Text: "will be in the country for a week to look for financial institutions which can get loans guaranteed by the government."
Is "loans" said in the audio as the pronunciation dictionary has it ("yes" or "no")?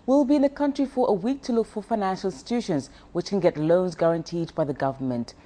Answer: yes